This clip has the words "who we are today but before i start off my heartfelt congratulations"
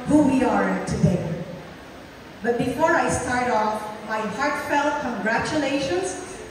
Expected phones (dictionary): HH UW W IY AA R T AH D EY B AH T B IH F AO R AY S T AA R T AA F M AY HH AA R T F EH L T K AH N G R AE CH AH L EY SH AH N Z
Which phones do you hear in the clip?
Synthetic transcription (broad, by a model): HH UW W IY AA R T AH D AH B AH T B IH F AO R AY S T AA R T AA F M AY HH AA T F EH L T K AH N G R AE CH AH L EY SH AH N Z